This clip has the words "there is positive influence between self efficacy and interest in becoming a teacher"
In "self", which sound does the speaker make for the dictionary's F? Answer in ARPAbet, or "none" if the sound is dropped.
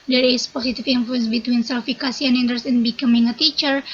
none